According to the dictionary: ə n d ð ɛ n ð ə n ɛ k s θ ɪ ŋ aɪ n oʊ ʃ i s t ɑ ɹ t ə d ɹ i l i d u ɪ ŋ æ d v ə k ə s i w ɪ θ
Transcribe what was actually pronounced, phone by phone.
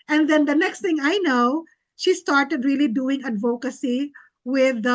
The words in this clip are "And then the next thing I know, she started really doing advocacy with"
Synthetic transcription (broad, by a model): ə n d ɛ n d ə n ɛ k s t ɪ ŋ aɪ n oʊ ʃ i s t ɑ ɹ t ə d ɹ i l i d u ɪ ŋ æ d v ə k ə s i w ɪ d